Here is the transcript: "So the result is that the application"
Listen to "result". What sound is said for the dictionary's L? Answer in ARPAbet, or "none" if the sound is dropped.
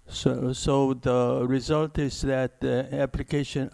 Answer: L